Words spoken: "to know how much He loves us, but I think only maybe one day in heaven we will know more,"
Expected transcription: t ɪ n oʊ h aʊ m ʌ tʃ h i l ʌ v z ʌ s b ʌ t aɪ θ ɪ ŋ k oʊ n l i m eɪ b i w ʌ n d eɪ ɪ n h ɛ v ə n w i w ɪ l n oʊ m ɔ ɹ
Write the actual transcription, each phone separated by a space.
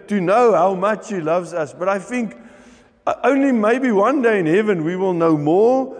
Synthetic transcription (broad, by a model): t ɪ n oʊ h aʊ m ʌ tʃ h i l ʌ v z ʌ s b ʌ t aɪ θ ɪ ŋ k oʊ n l i m eɪ b i w ʌ n d eɪ ɪ n h ɛ v ə n w i w ɪ l n oʊ m ɔ ɹ